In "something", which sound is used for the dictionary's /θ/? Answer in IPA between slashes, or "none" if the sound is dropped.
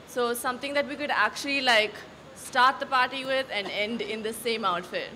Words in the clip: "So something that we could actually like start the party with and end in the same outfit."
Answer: /t/